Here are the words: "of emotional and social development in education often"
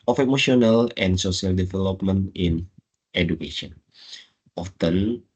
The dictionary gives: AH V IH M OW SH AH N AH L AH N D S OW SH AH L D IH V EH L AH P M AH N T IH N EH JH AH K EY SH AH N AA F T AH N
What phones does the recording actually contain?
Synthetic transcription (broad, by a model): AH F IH M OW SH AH N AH L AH N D S OW S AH L D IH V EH L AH P M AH N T IH N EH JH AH K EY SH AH N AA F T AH N